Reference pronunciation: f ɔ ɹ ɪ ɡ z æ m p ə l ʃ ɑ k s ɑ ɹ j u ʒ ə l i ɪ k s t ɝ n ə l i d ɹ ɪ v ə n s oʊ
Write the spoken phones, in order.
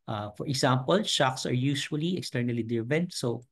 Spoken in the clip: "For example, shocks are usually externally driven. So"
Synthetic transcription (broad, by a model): f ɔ ɹ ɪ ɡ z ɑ m p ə l ʃ ɑ k s ɑ ɹ j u ʃ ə l i ɪ k s t ɝ n ə l i d ɪ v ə n s oʊ